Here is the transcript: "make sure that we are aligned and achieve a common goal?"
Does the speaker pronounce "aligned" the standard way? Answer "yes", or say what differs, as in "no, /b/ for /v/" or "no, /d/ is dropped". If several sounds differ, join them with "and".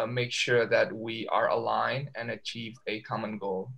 no, /d/ is dropped